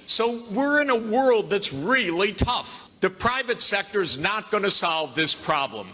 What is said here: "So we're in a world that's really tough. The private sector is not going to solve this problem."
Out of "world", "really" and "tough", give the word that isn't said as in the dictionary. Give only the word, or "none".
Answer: none